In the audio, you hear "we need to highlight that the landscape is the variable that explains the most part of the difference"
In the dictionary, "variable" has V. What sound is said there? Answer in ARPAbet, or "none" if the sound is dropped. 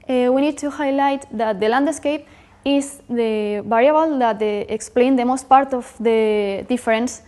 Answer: B